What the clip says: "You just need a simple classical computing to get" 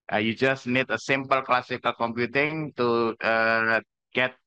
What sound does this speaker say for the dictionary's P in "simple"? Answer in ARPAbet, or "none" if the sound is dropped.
P